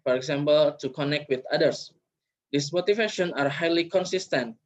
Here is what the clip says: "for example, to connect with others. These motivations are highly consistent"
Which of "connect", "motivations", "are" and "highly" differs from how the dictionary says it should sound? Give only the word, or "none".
motivations